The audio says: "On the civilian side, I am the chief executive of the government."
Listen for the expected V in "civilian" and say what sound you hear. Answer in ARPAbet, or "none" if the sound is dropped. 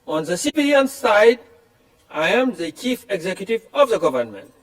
B